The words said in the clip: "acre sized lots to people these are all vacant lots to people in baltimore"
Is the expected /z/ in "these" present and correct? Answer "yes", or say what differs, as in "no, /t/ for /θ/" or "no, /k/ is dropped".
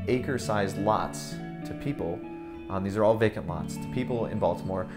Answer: yes